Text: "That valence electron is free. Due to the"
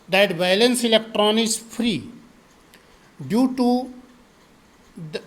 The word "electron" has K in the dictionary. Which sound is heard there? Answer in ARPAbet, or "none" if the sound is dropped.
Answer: K